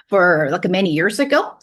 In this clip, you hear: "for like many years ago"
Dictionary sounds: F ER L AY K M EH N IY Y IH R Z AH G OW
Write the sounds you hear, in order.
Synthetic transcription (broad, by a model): F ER L AY K M EH N IY Y IH R Z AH G OW